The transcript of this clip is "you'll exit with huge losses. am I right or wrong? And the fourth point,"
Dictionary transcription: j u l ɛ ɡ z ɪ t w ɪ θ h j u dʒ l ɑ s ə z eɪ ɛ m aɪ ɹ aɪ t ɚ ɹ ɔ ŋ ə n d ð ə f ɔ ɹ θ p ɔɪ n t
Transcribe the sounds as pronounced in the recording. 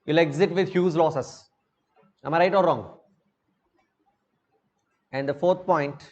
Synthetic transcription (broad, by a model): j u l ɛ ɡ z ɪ t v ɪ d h j u z l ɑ s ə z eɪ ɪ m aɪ ɹ aɪ t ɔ ɹ ɔ ŋ ə n d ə f ɔ ɹ t p ɔɪ n t